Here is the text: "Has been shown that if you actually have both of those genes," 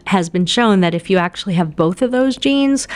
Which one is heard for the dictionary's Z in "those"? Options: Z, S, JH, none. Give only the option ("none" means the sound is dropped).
Z